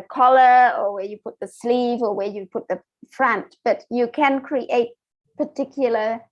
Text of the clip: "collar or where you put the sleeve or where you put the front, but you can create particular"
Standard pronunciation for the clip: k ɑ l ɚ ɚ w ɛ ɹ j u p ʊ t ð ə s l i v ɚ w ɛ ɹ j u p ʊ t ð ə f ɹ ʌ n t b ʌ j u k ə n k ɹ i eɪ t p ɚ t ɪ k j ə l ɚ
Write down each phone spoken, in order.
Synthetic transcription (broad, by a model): k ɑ l ɚ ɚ w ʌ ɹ j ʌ p ʊ t ð ə s l i v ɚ w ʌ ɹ j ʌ p ʊ t ð ə f ɹ ʌ n t b ʌ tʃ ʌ k ə n k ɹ i eɪ t p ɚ t ɪ k j l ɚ